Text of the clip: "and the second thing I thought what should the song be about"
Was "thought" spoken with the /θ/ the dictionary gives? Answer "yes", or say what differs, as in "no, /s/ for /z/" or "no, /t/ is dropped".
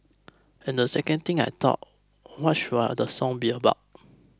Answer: no, /t/ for /θ/